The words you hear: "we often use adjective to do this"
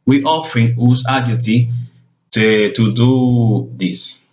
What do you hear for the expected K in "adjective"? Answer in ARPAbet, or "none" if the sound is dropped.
none